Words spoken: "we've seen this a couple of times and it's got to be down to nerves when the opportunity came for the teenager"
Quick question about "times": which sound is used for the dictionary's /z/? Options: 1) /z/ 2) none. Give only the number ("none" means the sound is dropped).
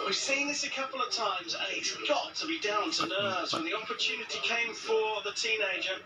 1